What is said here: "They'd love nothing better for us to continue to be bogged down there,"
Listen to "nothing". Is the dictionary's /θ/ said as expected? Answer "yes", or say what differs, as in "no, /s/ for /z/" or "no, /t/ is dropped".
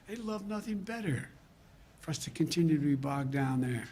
yes